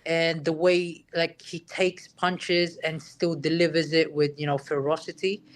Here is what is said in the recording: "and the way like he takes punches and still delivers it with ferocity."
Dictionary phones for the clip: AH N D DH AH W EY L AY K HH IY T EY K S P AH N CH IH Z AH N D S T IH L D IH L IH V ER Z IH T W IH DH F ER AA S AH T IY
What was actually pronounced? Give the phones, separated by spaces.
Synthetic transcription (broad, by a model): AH N DH AH W EY L AY K HH IY T EY K S P AH N CH IH Z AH N S T IH L D IH L IH V ER Z IH T W IH DH F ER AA S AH T IY